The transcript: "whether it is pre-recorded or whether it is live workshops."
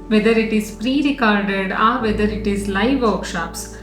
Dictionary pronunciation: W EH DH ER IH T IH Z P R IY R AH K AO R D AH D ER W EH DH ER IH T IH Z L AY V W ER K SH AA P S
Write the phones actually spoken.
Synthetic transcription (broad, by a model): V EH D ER IH T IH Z P R IY R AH K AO R D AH D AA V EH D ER IH T IH Z L AY V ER K SH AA P S